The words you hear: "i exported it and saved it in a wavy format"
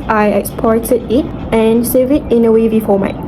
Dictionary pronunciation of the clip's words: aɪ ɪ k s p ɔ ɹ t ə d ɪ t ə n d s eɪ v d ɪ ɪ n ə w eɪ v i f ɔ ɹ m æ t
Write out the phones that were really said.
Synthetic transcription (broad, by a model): aɪ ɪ k s p ɔ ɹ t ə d ɪ t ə n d s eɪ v ɪ ɪ n ə w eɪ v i f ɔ m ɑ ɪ